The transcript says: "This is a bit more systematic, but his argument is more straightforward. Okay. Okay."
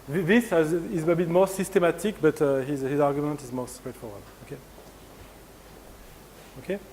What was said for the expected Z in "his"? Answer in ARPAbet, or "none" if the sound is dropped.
Z